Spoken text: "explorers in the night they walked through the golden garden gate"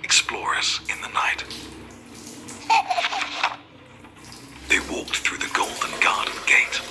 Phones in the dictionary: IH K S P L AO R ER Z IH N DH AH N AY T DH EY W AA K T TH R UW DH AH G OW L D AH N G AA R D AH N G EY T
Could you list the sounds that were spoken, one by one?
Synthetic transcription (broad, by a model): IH K S P L AO R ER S IH N DH AH N AY T DH EY W AA K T TH R UW DH AH G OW L D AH N G AA R D N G EY T